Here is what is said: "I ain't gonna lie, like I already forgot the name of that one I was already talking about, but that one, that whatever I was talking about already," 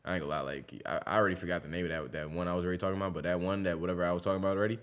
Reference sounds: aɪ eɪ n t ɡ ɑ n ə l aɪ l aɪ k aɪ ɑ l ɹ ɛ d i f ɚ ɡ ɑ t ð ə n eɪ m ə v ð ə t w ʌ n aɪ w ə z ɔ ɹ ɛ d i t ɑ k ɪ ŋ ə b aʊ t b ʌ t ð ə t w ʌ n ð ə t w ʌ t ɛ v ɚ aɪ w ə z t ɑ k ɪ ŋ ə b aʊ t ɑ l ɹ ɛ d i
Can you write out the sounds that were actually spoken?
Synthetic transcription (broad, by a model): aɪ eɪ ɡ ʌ l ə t l aɪ k aɪ ɑ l ɹ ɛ d i f ɚ ɡ ɑ t ð ə n eɪ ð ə w ð ə t w ʌ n aɪ w ə z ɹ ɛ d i t ɑ k ɪ ŋ ə b aʊ t b ʌ t ð ə t w ʌ n ð ə t w ʌ t ɛ v ɚ aɪ w ə z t ɑ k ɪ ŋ ə b aʊ t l ɹ ɛ d i